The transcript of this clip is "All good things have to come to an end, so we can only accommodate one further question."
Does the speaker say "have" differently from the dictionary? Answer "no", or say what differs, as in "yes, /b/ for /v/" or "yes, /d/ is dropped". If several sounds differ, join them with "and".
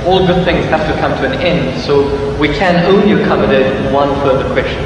yes, /f/ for /v/